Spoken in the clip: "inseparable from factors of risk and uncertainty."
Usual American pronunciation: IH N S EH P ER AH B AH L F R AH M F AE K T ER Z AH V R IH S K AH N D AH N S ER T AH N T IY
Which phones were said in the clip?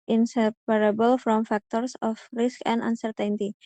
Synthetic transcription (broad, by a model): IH N S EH P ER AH B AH L F R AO M F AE K T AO S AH F R IH S K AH N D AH N S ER T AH N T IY